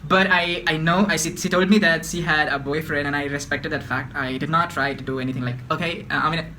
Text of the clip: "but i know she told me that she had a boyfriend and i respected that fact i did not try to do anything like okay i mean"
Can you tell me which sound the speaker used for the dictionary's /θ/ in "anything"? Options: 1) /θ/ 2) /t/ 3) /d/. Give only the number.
2